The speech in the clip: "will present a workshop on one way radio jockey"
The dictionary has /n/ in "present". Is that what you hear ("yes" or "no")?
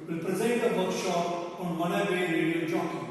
no